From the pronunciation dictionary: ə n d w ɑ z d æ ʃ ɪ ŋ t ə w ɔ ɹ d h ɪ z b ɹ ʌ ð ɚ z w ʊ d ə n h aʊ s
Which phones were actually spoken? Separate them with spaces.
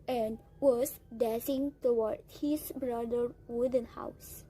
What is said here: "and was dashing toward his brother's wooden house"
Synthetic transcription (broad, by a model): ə n d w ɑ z d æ s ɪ ŋ t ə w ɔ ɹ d h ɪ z b ɹ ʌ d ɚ w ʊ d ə n h aʊ s